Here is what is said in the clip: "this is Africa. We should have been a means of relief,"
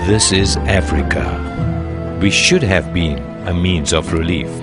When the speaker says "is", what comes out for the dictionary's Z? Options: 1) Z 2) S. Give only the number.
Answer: 1